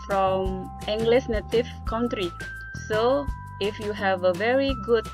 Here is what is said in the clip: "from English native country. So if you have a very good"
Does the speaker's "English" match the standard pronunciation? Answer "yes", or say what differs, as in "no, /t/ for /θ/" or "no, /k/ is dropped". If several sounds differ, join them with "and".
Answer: no, /s/ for /ʃ/